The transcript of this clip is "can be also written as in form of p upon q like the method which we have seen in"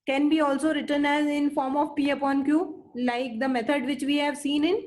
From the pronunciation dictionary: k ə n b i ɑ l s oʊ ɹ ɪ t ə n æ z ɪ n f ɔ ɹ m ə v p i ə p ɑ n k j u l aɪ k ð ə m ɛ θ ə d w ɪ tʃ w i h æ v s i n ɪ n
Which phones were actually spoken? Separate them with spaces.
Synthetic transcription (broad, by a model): k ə n b i ɑ l s oʊ ɹ ɪ t ə n æ z ɪ n f ɔ ɹ m ə v p i ə p ɑ n k j u l aɪ k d ə m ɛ t ə d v ɪ tʃ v i h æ v s i n ɪ n